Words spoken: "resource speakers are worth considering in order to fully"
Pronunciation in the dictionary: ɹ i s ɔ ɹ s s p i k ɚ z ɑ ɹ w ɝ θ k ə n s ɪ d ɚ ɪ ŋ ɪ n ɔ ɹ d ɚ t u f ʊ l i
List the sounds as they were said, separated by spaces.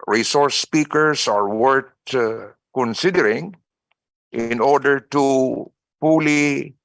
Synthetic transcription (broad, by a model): ɹ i s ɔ ɹ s s p i k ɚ s ɑ ɹ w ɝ t k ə n s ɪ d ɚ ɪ ŋ ɪ n ɔ ɹ d ɚ t u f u l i